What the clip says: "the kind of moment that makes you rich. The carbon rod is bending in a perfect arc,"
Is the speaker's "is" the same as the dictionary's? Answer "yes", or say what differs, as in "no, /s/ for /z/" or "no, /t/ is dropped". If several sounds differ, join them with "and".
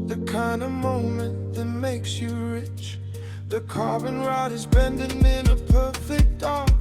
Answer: yes